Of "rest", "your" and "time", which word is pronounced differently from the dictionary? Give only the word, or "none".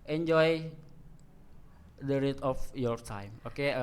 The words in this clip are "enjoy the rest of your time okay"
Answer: rest